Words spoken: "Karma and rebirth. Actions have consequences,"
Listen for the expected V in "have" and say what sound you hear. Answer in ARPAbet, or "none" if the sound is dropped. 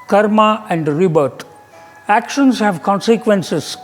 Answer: V